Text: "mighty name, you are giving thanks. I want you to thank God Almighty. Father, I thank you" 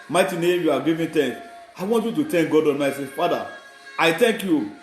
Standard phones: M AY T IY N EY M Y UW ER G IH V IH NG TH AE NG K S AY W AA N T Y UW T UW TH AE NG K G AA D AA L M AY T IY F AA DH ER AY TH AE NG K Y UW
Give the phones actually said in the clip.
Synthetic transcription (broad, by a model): M AY T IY N EY M Y UW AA G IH V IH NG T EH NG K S AY W AA N T Y UW T UW T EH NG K G AA D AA N M AY S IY F AA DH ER AY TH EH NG K Y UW